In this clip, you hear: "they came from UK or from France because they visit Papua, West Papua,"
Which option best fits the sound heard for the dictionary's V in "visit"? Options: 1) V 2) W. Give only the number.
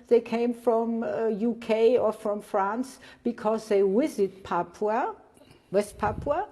2